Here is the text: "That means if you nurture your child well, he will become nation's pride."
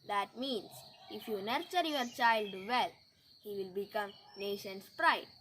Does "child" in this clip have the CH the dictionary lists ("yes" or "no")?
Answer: yes